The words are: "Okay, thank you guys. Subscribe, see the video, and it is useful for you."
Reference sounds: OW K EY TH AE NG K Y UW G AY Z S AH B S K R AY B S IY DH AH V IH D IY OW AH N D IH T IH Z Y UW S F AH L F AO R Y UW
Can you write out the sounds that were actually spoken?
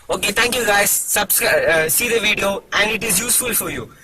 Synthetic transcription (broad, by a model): OW K EY T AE NG K Y UW G AY Z S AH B S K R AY S IY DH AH V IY D IY OW AH N D IH T IH Z Y UW S F AH L F AO R Y UW